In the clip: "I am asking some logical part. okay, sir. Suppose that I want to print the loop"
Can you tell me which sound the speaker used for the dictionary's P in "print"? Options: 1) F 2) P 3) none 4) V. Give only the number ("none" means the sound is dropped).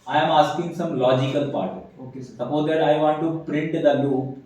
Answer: 2